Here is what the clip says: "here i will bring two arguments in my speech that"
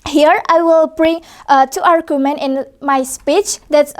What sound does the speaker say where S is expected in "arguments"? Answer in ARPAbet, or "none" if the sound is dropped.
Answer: none